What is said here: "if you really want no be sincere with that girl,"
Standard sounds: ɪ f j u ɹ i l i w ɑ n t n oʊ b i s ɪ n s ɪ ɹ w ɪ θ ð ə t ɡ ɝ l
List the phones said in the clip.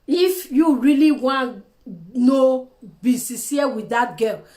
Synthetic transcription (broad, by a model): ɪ f j u ɹ i l i w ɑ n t n oʊ b i s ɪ s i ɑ w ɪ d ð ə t ɡ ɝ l